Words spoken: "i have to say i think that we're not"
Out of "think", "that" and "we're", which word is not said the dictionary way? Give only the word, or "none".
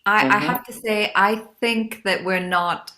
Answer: none